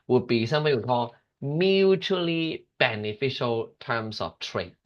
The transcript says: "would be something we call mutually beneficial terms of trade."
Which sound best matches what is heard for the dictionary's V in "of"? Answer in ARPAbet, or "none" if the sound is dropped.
F